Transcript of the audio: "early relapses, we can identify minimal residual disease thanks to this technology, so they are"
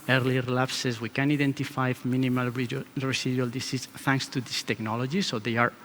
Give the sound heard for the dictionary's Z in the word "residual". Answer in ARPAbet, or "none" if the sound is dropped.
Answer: S